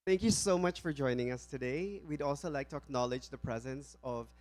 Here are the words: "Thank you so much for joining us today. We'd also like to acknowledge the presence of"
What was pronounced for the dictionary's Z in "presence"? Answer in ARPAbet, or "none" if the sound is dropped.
Z